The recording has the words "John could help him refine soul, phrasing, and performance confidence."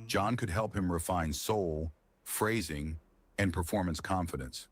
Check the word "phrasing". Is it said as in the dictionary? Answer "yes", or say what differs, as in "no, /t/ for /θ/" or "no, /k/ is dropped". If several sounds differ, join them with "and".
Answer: yes